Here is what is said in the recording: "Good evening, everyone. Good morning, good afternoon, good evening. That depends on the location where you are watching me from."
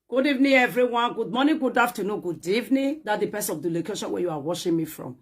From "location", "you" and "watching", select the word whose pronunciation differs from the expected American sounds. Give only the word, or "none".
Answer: watching